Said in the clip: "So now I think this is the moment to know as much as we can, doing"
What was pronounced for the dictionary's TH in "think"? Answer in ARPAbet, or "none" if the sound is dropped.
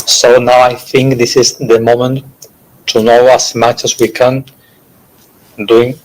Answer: TH